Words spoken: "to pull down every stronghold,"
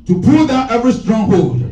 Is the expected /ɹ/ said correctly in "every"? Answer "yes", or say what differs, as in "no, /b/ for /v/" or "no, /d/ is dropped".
yes